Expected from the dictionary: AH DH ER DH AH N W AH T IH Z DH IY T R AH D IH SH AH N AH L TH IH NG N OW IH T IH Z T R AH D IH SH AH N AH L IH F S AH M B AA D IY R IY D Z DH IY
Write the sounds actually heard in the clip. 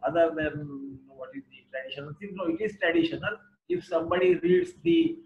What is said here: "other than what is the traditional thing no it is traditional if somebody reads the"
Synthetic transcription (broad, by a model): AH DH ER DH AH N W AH T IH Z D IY T R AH D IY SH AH N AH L S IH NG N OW IH T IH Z T R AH D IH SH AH N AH L IH F S AH M B AA D IY R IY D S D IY